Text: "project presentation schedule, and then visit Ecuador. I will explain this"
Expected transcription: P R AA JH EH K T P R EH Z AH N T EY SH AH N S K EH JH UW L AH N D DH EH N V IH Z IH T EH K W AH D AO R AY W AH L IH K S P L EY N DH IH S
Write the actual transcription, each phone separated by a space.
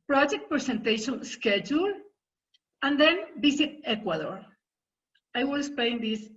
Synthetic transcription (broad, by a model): P R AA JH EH K T P R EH S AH N T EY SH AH N S K EH JH UW L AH N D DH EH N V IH S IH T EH K W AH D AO R AY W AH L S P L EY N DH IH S